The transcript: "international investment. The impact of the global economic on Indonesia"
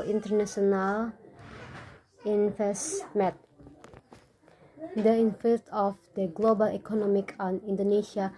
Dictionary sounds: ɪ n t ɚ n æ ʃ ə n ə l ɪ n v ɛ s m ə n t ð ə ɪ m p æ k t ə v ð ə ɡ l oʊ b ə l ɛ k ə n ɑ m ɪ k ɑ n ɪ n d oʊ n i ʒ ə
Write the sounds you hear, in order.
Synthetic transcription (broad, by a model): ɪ n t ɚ n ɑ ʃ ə n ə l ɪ n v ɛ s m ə t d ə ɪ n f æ t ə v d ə ɡ l oʊ b ə l ɛ k ə n ɑ m ɪ k ɑ n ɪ n d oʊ n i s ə